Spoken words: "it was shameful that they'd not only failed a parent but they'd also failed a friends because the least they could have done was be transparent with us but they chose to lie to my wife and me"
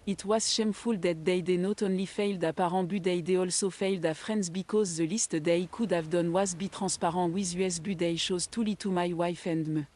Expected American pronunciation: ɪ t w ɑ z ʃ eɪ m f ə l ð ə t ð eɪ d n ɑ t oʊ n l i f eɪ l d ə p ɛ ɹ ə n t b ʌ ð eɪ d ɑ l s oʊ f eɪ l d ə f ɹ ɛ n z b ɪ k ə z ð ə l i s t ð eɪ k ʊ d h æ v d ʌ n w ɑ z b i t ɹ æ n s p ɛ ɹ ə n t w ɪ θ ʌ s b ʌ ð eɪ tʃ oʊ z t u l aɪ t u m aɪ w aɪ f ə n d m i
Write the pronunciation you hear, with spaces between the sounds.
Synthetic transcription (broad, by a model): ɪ t w ɑ z ʃ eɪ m f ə l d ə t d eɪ d n ɑ t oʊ n l i f eɪ l d ə p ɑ ɹ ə b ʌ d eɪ d ɑ l s oʊ f eɪ l d ə f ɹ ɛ n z b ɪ k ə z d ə l i s t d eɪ k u d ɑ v d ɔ n w ɑ z b i t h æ s p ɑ ɹ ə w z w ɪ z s b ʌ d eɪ ʃ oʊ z t u l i t u m aɪ w aɪ f ə n d m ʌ